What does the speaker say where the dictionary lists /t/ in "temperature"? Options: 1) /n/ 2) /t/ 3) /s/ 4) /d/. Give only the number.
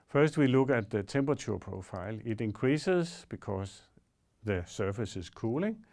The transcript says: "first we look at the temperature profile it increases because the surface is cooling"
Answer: 3